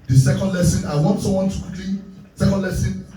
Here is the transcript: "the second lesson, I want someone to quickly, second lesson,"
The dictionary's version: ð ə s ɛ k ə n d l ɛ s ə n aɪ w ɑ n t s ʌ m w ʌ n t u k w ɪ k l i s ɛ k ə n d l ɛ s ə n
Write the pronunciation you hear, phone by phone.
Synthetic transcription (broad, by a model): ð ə s ɛ k ə n d l ɛ s ə n aɪ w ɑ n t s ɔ w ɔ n t u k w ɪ k l i s ɛ k ə n d l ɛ s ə n